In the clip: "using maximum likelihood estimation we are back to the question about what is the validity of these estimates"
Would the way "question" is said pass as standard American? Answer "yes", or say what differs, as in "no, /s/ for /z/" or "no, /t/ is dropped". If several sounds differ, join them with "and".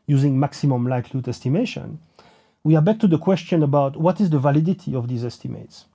yes